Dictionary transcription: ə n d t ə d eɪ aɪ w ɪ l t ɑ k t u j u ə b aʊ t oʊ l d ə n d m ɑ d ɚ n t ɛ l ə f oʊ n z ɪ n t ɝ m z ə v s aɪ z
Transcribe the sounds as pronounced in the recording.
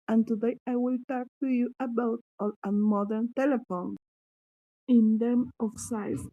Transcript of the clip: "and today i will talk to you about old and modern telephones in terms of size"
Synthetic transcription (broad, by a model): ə n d t ə d eɪ aɪ w ɪ l t ɑ k t u j u ə b aʊ t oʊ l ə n m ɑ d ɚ n t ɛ l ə f oʊ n ɪ n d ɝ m ə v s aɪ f